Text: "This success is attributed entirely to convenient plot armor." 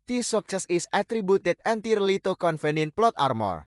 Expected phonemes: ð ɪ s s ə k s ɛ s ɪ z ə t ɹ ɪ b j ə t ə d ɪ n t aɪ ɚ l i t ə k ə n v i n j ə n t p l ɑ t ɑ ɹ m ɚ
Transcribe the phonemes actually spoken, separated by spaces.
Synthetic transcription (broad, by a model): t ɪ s s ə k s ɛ s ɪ s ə t ɹ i b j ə t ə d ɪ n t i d l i t ə k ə n f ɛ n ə n p l ɑ t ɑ ɹ m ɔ